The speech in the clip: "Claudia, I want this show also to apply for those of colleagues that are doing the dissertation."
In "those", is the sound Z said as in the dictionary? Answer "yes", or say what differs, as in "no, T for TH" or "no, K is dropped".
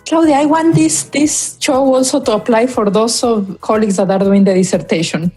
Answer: no, S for Z